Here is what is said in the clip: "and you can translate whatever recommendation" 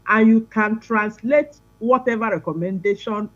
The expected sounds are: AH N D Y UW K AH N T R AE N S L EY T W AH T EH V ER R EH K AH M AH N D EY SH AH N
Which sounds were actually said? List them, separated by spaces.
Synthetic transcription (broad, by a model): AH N Y UW K AH N T R AE N S L EY T W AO T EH V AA R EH K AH M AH N D EY SH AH N